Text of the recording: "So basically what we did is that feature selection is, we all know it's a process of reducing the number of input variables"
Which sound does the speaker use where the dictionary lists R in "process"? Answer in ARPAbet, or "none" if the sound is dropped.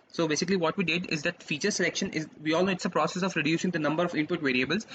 R